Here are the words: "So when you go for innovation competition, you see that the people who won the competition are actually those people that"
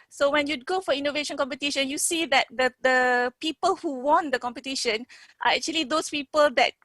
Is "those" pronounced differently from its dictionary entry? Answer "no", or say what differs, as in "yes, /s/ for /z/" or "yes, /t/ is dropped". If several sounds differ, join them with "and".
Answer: yes, /s/ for /z/